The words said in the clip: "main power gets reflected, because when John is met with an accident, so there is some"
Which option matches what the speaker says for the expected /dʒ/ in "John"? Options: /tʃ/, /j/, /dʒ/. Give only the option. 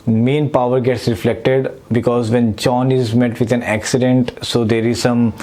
/tʃ/